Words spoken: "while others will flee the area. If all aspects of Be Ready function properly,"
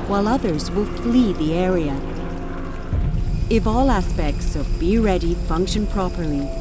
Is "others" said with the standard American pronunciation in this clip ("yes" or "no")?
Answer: yes